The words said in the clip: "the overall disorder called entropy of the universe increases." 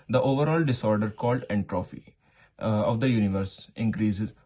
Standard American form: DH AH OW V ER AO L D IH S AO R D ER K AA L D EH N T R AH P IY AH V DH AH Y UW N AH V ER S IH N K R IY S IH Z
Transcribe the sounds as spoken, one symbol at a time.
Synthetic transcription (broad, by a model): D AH OW V ER AO L D IH S AO R D ER K AA L D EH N T R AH F IY AH V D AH Y UW N AH V ER S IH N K R IY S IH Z